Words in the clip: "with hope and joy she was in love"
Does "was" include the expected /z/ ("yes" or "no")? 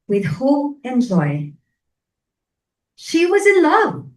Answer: yes